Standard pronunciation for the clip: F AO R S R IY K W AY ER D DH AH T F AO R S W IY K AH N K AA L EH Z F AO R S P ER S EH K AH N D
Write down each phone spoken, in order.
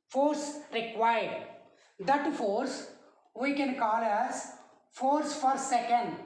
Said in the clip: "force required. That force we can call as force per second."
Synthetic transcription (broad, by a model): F AO R S R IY K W AY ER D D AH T F AO R S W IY K AH N K AA L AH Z F AO R S F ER S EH K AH N D